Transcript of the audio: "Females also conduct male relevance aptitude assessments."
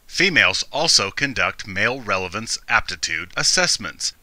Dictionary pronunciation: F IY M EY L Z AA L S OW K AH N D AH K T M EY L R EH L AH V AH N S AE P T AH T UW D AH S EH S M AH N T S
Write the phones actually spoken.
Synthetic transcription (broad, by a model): F IY M EY L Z AA L S OW K AH N D AH K T M EY L R EH L AH V AH N S AE P T AH T UW D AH S EH S M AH N T S